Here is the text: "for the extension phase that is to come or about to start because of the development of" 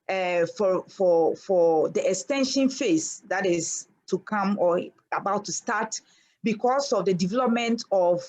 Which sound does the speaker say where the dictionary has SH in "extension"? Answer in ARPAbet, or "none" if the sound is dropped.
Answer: SH